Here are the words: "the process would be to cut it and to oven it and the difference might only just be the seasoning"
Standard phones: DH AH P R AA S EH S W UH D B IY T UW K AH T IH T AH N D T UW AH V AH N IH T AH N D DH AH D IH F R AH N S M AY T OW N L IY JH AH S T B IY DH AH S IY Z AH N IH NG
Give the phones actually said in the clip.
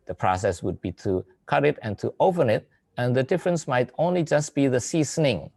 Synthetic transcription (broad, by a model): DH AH P R AA S EH S W UH D B IY T UW K AH T IH T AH N T UW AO P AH N IH T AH N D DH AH D IH F R AH N S M AY T OW N L IY JH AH S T B IY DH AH S IY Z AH N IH NG